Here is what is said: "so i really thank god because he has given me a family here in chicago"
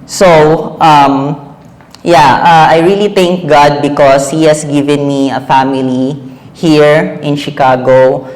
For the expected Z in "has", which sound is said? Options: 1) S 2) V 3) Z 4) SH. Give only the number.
1